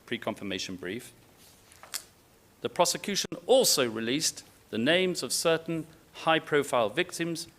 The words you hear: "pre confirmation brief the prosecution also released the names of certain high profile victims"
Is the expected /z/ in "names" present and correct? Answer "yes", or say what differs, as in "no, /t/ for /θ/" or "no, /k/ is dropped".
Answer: yes